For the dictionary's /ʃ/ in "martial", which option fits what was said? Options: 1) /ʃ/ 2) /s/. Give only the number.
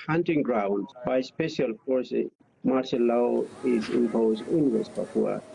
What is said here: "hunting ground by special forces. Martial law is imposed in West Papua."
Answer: 2